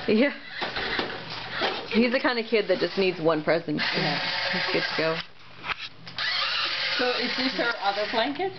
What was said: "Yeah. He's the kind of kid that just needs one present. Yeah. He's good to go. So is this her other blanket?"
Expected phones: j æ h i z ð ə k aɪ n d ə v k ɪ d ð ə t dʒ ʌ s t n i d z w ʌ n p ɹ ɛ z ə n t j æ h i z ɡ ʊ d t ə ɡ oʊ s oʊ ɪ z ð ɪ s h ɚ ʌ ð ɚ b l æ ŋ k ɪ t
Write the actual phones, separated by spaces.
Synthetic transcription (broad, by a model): j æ h i z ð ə k aɪ n d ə k ɪ d ð ə t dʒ ʌ s n i d z w ʌ n p ɹ ɛ z ə n t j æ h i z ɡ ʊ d t ə ɡ oʊ s oʊ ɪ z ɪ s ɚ ʌ ð ɚ b l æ ŋ k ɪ t